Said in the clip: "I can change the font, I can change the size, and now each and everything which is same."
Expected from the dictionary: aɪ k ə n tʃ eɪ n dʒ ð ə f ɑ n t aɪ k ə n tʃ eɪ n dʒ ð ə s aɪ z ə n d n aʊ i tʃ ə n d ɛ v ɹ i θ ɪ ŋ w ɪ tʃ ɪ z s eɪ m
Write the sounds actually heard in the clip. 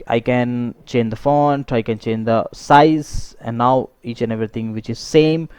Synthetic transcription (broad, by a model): aɪ k ə n tʃ eɪ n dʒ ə f ɑ n t aɪ k ə n tʃ eɪ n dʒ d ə s aɪ z ə n d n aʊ i tʃ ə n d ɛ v ɹ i t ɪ ŋ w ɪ tʃ ɪ z s eɪ m